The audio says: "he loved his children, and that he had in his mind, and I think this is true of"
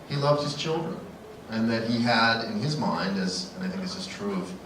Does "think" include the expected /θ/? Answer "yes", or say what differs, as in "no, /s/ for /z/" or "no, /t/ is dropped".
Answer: yes